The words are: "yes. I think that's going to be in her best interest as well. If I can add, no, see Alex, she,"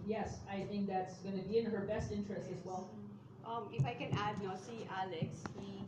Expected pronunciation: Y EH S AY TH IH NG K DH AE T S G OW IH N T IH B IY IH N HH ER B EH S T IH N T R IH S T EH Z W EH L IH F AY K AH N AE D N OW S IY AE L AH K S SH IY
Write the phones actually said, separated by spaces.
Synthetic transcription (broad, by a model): Y EH S AY TH IH NG K DH AE T S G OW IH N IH B IY IH N HH ER B EH S T IH N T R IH S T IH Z W EH L IH F AY K AH N AE D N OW S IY AE L AH K S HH IY